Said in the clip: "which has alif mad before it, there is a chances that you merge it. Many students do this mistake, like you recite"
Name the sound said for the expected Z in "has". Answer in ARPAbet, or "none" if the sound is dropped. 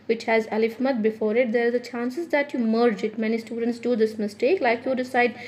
Z